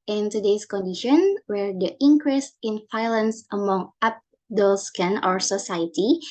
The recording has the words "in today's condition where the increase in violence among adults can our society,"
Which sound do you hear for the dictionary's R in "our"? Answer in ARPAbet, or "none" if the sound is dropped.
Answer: R